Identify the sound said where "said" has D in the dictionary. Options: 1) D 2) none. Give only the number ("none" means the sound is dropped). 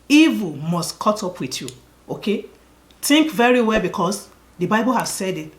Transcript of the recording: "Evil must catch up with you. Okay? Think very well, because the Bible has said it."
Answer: 1